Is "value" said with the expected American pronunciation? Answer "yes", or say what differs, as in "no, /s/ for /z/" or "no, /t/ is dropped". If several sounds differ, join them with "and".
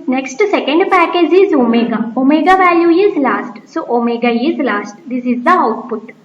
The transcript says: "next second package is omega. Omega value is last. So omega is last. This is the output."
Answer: yes